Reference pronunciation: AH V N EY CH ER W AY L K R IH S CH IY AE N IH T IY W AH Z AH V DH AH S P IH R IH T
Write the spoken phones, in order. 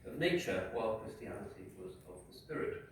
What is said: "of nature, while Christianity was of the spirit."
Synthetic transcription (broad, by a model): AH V N EY CH ER W AY L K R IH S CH IY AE L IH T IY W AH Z AH V DH AH S P IH R IH T